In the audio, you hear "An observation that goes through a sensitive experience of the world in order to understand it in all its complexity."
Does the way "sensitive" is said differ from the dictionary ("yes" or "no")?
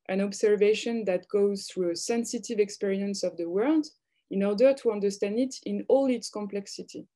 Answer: no